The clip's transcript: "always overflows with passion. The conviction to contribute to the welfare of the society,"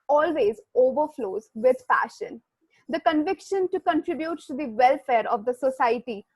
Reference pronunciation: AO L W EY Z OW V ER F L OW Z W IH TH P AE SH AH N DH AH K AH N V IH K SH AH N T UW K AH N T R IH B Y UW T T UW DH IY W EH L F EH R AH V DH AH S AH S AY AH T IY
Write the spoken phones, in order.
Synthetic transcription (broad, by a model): AO L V EY Z OW V ER F L OW Z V IH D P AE SH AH N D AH K AH N V IH K SH AH N T UW K AH N T R IH B Y UW T T UW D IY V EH L F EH R AH V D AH S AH S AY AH T IY